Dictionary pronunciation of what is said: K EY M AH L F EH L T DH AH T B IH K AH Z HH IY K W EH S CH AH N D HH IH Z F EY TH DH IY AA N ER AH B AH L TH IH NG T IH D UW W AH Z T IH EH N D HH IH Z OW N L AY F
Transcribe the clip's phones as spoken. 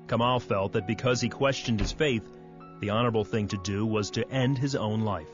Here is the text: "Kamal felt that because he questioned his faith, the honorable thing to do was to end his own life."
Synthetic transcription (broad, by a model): K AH M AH L F EH L T DH AH T B IH K AH Z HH IY K W EH S CH AH N D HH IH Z F EY TH DH IY AA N ER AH B L TH IH NG T IH D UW W AH Z T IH EH N D IH Z OW N L AY F